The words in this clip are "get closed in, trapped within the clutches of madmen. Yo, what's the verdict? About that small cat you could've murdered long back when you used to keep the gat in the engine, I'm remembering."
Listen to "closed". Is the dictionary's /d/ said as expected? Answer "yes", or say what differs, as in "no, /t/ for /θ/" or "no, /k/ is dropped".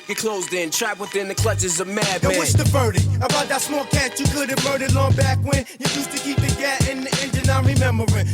yes